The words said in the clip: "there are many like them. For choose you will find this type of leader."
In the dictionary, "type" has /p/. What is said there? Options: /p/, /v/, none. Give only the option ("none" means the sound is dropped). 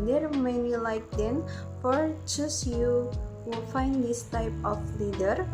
/p/